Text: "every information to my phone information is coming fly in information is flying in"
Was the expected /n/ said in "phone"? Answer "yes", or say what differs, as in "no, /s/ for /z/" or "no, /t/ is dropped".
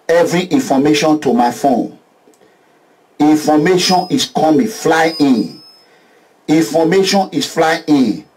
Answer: yes